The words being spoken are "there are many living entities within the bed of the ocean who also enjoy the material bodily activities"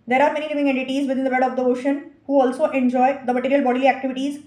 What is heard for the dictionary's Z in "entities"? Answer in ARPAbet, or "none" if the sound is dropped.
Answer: Z